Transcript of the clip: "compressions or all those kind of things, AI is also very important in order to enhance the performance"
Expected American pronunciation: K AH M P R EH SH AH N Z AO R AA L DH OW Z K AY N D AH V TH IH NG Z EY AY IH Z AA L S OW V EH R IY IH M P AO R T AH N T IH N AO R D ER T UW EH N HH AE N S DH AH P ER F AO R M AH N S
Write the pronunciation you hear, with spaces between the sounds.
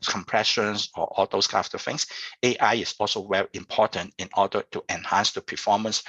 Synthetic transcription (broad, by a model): K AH M P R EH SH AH N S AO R AA L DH OW S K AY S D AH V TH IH NG S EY AY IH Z AA L S OW W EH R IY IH M P AO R T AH N T IH N AO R D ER T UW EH N HH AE N S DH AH P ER F AO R M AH N S